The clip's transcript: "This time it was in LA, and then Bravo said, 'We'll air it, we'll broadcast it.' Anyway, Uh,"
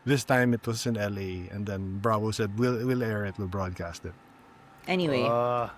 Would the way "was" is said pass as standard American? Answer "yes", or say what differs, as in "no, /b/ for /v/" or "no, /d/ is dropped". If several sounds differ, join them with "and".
no, /s/ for /z/